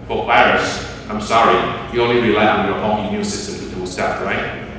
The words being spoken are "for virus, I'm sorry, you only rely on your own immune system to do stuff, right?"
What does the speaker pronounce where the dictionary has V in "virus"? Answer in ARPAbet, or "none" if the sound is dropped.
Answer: P